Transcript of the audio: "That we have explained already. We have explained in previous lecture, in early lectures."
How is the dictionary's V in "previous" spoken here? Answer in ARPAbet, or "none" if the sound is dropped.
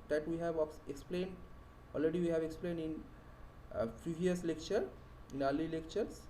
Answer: none